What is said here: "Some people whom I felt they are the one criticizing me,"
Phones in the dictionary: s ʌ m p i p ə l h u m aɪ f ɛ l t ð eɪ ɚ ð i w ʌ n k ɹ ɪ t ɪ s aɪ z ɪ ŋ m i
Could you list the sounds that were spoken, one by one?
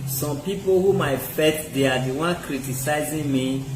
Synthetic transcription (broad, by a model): s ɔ m p i p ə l h u m aɪ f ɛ t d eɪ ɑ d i w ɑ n k ɹ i t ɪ s aɪ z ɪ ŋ m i